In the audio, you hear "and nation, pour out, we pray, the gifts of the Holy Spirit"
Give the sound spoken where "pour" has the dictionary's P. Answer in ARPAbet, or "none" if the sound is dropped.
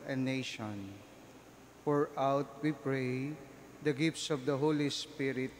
F